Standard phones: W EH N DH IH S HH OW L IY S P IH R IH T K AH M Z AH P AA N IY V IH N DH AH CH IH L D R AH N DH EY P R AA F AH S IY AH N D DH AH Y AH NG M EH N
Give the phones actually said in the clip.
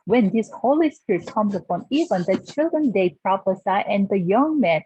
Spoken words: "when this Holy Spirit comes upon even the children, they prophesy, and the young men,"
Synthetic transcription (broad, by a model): W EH N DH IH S HH OW L IY S P IH R IH T K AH M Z AH P AA N IY V IH N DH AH CH IH L D R AH N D EY P R AA F AH S IY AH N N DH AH Y AH NG M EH N